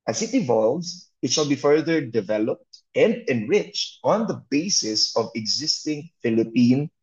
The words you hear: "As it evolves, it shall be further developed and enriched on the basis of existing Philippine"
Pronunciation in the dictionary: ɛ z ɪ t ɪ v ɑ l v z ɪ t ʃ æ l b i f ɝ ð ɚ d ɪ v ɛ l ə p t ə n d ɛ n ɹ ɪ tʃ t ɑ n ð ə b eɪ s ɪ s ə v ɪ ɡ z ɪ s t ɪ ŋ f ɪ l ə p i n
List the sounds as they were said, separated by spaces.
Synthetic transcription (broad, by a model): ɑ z ɪ t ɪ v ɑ l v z ɪ t ʃ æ l b i f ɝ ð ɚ d ɪ v ɛ l ə p t ə n d ɛ n ɹ ɪ tʃ t ɑ n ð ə b eɪ s ɪ s ə v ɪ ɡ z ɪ s t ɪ ŋ f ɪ l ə p i n